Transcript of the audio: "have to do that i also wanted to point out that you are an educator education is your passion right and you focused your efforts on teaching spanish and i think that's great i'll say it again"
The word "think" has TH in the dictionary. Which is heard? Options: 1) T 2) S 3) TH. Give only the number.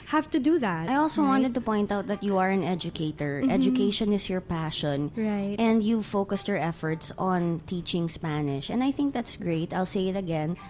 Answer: 3